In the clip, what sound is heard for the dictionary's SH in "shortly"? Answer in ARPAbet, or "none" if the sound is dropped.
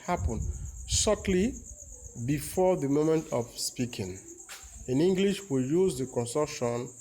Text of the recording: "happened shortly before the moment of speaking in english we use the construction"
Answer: S